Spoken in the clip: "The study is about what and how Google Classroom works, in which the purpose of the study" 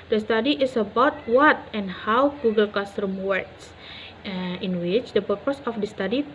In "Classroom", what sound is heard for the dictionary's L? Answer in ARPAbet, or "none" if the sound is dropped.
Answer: none